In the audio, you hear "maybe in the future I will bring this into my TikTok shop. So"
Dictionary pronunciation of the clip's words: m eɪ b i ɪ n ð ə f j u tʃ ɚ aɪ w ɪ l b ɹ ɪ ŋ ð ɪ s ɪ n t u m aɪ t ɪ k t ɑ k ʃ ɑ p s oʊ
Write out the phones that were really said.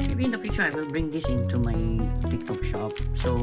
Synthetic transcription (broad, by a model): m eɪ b i ɪ n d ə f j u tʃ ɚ aɪ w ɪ l b ɹ ɪ ŋ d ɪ s ɪ n t u m aɪ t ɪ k t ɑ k ʃ ɑ p s oʊ